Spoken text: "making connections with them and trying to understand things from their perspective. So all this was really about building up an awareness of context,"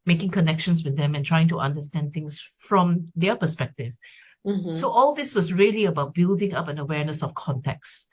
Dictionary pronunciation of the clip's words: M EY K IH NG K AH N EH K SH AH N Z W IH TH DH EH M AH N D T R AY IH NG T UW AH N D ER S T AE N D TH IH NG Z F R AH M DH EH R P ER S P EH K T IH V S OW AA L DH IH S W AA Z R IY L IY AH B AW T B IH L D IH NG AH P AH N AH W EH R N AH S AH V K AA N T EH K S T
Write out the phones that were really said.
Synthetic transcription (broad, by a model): M EY K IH NG K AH N EH K SH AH N S W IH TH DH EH M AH N T R AY IH NG T UW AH N D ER S T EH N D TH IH NG S F R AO M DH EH P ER S P EH K T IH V S OW AA L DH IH S W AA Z R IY L IY AH B AW T B IH L D IH NG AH P AH N AH W EH R N AH S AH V K AA N T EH K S